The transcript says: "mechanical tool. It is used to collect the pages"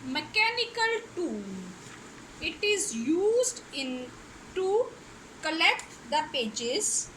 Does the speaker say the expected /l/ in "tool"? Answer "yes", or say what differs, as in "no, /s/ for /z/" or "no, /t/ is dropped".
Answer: no, /n/ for /l/